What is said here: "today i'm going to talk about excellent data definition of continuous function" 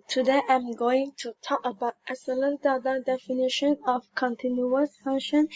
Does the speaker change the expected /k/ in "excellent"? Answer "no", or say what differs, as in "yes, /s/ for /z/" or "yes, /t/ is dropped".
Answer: yes, /k/ is dropped